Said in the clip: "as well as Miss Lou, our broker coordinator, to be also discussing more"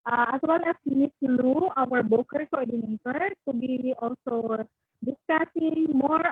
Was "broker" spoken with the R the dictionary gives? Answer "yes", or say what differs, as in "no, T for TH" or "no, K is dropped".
no, R is dropped